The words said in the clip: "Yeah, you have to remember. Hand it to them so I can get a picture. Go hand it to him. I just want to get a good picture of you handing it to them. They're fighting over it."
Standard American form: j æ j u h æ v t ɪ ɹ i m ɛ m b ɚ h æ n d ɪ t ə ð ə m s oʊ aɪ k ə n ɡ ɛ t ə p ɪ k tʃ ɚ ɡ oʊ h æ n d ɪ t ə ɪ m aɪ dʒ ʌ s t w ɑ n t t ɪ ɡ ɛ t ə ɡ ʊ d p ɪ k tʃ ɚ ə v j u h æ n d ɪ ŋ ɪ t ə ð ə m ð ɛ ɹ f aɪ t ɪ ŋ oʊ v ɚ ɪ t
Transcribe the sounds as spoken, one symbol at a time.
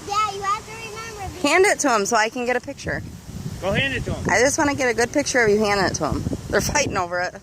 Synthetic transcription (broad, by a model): j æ j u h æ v t ɪ ɹ i m ɛ m b ɚ h æ n d ɪ t ə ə m s oʊ aɪ k ə n ɡ ɛ t ə p ɪ k tʃ ɚ ɡ oʊ h æ n d ɪ t ə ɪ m aɪ dʒ ʌ s t w ɑ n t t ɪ ɡ ɛ t ə ɡ ʊ d p ɪ k tʃ ɚ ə f j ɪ h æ n d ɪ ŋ ɪ t ə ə m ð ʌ ɹ f aɪ t ɪ ŋ oʊ v ɚ ɪ t